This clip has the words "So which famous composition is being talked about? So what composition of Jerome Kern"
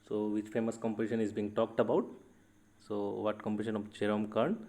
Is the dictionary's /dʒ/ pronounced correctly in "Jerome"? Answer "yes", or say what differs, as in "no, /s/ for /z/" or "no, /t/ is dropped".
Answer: no, /tʃ/ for /dʒ/